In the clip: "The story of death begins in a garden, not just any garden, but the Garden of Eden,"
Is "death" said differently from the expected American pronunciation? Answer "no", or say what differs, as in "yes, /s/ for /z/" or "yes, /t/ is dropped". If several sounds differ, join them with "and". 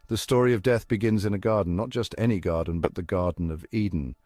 no